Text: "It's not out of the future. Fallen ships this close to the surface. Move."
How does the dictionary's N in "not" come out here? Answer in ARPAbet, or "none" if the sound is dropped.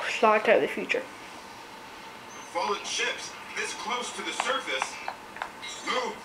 L